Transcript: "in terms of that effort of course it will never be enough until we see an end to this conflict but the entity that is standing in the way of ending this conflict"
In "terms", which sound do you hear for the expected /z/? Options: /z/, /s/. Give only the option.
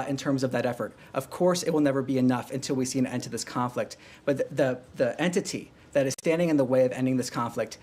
/z/